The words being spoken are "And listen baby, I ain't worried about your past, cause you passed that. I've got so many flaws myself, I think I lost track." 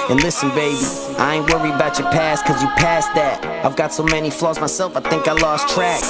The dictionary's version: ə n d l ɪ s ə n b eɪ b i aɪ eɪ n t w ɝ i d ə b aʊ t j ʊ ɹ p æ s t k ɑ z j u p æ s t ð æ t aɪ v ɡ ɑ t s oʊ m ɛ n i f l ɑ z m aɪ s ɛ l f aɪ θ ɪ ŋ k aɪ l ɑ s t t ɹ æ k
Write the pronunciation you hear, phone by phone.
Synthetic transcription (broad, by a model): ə n l ɪ s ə n b eɪ b i aɪ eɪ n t w ɝ i ə b aʊ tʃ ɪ p æ s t k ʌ z j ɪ p æ s ð æ t aɪ v ɡ ɑ t s oʊ m ɛ n i f l ɑ z m aɪ s ɛ l f aɪ θ ɪ ŋ k aɪ l ɑ s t t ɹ æ k